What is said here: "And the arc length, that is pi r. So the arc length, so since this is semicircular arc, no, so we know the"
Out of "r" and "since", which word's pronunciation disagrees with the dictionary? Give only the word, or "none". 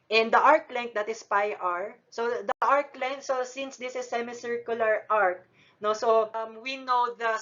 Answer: none